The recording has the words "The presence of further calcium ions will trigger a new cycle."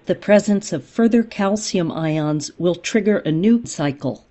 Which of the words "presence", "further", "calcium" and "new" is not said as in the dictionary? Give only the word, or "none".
none